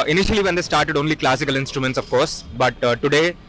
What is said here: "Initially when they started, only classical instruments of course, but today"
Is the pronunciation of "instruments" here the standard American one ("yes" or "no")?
yes